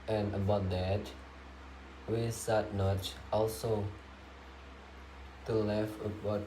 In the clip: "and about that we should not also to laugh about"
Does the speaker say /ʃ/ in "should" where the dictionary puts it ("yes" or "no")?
no